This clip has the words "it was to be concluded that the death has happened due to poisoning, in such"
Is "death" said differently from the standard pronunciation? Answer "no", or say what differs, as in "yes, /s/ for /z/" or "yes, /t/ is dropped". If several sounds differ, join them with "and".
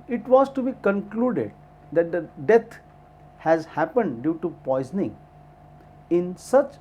yes, /t/ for /θ/